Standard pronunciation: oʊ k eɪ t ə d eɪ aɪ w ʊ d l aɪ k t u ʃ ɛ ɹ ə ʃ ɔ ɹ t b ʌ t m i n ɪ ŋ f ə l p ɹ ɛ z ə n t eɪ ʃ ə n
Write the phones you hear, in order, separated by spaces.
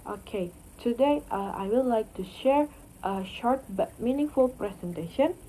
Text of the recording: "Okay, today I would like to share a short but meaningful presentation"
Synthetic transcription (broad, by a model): oʊ k eɪ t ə d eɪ aɪ w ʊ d l aɪ k t u ʃ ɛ ɹ ə ʃ ɔ ɹ t b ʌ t m i n ɪ ŋ f ə l p ɹ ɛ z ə n t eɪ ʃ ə n